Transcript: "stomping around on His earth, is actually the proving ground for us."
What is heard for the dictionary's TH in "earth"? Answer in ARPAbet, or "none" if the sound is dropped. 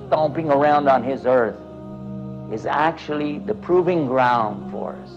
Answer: TH